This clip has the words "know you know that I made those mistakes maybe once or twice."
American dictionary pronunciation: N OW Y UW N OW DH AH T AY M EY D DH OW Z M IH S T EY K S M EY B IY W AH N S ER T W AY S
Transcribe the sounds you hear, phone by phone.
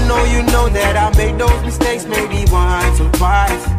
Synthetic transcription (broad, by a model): N OW Y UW N OW DH AH T AY M EY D DH OW Z M IH S T EY K S M EY B IY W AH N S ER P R AY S